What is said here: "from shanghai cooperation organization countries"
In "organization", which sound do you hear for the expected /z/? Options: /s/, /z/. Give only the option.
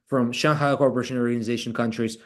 /z/